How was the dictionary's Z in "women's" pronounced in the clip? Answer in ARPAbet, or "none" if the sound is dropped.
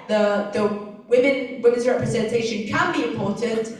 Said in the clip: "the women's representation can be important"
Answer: Z